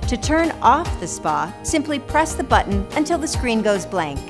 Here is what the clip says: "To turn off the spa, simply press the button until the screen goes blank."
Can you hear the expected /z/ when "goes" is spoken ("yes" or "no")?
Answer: yes